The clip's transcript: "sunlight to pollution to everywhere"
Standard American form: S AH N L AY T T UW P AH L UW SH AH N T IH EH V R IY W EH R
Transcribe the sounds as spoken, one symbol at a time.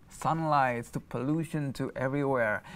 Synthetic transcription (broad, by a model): S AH N L AY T T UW P AH L UW SH AH N T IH EH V R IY W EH R